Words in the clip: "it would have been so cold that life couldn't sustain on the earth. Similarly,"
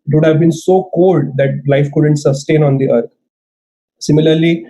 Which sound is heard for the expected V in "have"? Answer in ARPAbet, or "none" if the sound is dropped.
V